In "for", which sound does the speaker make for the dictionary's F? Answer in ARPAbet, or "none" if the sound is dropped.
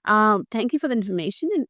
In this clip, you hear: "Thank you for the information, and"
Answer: F